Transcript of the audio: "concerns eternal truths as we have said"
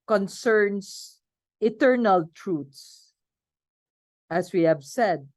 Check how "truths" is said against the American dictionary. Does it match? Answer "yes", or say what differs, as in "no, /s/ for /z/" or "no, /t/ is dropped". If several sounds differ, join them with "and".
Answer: no, /t/ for /θ/